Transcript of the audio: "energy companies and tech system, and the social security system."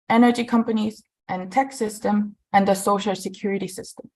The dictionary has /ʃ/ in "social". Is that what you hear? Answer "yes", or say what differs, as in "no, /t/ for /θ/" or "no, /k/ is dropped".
yes